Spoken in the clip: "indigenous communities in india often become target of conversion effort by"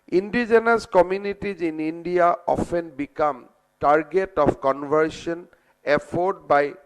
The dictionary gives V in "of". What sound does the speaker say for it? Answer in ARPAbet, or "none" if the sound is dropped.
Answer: P